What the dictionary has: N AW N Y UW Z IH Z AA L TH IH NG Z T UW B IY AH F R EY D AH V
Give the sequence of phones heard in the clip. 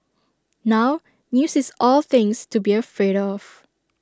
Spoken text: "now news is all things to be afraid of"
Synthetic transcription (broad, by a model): N AW N Y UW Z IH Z AA L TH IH NG S T UW B IY AH F R EY D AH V